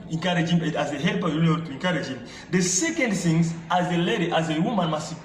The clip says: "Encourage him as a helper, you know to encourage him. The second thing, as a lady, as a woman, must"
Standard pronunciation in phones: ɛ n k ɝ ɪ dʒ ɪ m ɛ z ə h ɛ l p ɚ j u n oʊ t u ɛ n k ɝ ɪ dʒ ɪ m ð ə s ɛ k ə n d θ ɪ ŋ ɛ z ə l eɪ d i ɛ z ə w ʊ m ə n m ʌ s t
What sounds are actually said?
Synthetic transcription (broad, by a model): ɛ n k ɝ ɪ dʒ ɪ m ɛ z ə h ɛ l p ɚ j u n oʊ t u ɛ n k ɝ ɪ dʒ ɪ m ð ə s ɛ k ə n d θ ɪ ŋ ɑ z ə l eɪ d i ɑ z ə w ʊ m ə n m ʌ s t